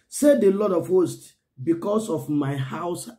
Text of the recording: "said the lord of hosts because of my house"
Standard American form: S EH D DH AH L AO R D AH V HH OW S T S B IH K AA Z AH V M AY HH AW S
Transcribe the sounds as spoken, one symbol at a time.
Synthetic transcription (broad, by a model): S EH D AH L AO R D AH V HH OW S T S B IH K AA S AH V M AY HH AW S